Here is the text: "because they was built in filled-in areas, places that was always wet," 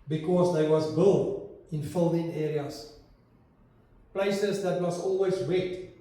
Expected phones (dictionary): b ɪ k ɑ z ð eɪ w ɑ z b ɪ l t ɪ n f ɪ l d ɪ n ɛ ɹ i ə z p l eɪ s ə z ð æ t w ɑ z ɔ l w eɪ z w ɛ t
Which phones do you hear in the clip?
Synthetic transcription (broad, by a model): b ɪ k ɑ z ð eɪ w ɑ z b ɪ l ɪ n f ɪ l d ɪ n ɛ ɹ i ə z p l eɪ s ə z ð æ t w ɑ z ɔ l w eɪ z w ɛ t